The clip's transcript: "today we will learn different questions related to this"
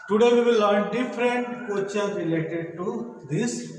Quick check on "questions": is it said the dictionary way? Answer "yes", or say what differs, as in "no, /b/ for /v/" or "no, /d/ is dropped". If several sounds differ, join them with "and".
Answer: no, /s/ is dropped